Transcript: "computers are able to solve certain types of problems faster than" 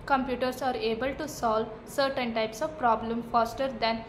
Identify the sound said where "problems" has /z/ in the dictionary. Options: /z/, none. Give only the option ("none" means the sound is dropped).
none